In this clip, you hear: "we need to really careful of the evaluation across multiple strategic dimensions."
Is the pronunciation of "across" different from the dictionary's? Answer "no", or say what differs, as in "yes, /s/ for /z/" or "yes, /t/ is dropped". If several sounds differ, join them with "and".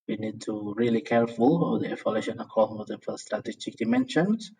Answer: yes, /ɹ/ is dropped and /s/ is dropped